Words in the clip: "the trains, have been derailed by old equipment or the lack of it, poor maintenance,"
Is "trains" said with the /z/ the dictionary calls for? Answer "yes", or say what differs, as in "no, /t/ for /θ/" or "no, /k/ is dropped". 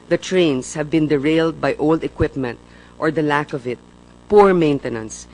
no, /s/ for /z/